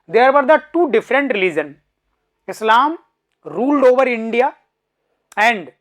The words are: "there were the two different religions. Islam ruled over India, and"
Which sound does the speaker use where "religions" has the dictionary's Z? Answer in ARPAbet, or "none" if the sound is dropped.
none